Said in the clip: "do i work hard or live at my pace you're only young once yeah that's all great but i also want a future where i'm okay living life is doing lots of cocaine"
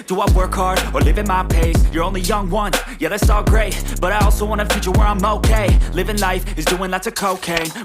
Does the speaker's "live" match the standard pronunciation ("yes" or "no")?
yes